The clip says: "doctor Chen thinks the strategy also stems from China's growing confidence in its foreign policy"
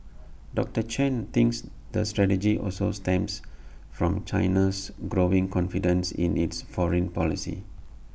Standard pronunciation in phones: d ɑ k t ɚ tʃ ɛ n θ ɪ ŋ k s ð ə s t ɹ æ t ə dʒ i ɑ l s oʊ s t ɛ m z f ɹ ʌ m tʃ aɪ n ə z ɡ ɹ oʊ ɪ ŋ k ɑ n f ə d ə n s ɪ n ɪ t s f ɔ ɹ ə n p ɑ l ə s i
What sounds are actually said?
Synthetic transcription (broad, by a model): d ɑ k t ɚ tʃ ɛ n t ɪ ŋ k s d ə s t ɹ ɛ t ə dʒ i ɑ l s oʊ s t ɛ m s f ɹ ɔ m tʃ aɪ n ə s ɡ ɹ oʊ ɪ ŋ k ɑ n f ə d ə n s ɪ n ɪ t s f ɔ ɹ ə n p ɑ l ə s i